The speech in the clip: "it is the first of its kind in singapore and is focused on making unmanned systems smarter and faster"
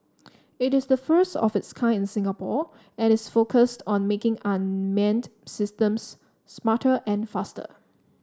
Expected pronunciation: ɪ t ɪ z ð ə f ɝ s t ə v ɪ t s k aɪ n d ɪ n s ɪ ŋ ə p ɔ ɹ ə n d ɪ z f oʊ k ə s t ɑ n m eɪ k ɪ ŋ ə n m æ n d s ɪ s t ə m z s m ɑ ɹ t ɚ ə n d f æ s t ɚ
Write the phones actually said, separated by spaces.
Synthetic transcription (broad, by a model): ɪ t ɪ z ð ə f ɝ s t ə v ɪ t s k aɪ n ɪ n s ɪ ŋ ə p ɔ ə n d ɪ s f oʊ k ə s t ɑ n m eɪ k ɪ ŋ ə n m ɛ n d s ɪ s t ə m s m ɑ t t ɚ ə n f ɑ s t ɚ